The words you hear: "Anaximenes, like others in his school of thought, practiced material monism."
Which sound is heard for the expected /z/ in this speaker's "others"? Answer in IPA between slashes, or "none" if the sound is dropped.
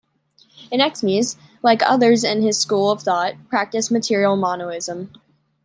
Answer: /z/